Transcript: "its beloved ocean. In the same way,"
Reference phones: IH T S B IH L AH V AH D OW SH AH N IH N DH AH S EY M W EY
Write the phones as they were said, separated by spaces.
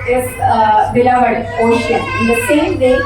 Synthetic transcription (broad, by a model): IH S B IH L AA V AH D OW AH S IH N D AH S EY M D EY